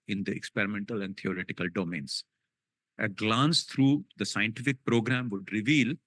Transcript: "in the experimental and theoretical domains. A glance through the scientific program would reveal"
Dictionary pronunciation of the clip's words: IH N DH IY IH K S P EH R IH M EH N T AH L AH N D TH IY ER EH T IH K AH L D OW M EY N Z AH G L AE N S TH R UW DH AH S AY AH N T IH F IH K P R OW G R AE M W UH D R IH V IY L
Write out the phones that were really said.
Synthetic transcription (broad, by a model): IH N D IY IH K S P EH R IH M EH N T AH L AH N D T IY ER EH T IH K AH L D OW M EY N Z AH G L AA N S T R UW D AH S AY AH N T IH F IH K P R OW G R AE M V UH D R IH V IY L